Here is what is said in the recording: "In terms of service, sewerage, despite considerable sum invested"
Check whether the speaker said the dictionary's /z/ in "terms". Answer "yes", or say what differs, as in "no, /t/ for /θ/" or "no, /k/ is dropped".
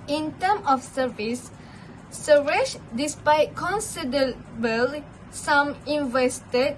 no, /z/ is dropped